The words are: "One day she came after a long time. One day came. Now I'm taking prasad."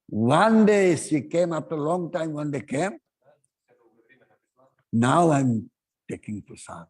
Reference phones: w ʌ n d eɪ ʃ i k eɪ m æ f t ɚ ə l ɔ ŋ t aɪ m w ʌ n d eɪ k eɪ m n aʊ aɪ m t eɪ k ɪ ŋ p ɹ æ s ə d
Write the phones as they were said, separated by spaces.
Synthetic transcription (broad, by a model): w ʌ n d eɪ s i k eɪ m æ f t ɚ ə l ɔ ŋ t aɪ m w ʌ n d eɪ k eɪ m n aʊ aɪ m t eɪ k ɪ ŋ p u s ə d